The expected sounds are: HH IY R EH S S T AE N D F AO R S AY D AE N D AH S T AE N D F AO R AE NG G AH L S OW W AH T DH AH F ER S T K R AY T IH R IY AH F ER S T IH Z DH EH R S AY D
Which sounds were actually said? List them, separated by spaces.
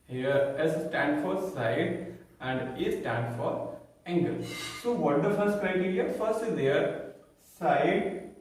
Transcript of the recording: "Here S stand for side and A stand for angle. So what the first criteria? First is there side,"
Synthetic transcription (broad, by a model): HH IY R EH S S T AE N D F AO R S AY D AE N D AH S T AE N D F AO R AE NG G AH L S OW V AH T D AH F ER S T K R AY T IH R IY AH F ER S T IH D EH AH R S AY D